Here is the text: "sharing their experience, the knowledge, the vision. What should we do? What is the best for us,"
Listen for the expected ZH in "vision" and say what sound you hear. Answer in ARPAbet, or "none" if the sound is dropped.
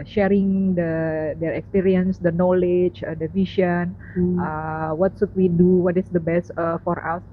SH